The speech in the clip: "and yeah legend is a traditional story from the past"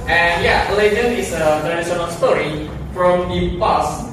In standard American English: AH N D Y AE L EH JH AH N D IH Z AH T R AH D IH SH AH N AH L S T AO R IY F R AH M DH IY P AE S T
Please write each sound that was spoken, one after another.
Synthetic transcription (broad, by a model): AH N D Y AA L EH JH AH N IH S AH T R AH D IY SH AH N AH L S T AO R IY F R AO M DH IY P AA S